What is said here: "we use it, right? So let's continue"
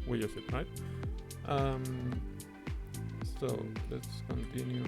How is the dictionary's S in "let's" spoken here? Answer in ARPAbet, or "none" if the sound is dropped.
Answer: S